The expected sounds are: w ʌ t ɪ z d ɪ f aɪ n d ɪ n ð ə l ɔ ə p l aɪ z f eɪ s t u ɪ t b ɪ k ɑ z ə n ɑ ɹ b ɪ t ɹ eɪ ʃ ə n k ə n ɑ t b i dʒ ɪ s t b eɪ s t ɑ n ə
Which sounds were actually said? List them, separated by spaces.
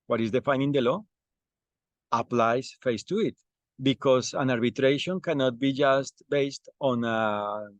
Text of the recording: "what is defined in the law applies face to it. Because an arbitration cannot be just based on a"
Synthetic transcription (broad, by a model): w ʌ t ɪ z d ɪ f aɪ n ɪ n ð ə l ɔ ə p l aɪ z f eɪ s t u ɪ t b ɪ k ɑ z ə n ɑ ɹ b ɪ t ɹ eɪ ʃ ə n k ə n ɑ t b i dʒ ɪ s t b eɪ s t ɑ n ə